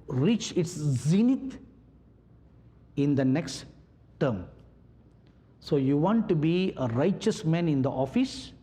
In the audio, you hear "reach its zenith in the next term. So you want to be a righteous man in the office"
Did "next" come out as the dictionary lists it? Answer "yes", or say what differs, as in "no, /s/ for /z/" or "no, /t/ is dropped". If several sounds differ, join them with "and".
yes